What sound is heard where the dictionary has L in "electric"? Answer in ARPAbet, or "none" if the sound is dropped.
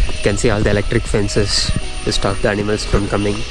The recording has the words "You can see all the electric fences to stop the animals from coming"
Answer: L